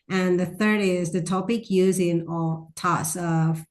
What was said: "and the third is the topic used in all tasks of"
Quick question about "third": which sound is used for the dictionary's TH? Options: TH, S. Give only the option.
TH